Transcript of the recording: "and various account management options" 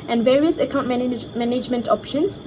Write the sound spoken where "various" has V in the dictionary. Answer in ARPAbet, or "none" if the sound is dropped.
V